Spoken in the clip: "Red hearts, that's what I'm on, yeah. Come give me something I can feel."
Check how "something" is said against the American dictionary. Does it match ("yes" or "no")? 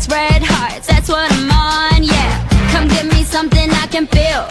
yes